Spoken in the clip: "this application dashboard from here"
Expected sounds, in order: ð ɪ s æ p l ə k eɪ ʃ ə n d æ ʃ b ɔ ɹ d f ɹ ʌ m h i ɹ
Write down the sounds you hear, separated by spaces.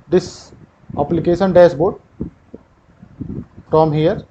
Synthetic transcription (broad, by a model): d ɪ s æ p l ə k eɪ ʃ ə n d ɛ s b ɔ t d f ɹ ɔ m h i ɹ